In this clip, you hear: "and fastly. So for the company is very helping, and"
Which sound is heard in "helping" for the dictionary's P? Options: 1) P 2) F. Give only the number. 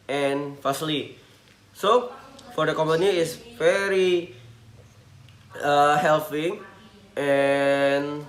2